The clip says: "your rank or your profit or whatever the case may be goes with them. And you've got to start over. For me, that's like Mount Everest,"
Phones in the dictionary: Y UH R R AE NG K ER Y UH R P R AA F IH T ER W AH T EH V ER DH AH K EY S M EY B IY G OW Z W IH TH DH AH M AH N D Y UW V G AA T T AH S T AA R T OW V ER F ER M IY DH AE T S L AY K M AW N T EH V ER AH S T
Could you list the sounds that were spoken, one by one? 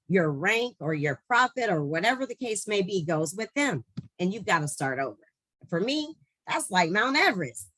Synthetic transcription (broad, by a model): Y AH R R AE NG K ER Y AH R P R AA F IH T ER W AH T EH V ER DH AH K EY S M EY B IY G OW Z W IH DH AH M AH N Y UW V G AA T T AH S T AA R T OW V ER F ER M IY DH AE T S L AY K M AW N T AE V ER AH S